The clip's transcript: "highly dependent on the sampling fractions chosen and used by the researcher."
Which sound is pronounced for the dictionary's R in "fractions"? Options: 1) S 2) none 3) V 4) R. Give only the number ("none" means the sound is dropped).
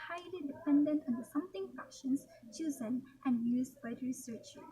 2